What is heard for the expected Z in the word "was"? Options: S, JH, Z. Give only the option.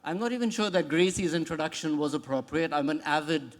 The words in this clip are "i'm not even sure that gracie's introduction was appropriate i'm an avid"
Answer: Z